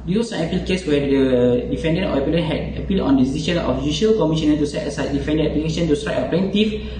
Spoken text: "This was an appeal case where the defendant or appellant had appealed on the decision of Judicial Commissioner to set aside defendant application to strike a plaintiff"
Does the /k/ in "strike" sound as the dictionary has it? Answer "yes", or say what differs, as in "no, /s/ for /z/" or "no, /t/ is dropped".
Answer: no, /k/ is dropped